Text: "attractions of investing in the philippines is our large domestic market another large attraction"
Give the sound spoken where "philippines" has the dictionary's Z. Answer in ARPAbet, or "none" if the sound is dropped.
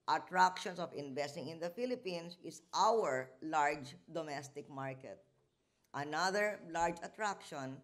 S